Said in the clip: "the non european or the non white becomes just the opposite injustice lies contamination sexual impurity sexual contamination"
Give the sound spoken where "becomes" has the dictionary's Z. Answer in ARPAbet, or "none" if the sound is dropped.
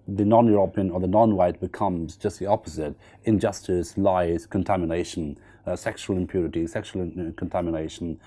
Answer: Z